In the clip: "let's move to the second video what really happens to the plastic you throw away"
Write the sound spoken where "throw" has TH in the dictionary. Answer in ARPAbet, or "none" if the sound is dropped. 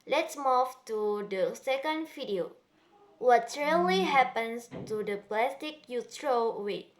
T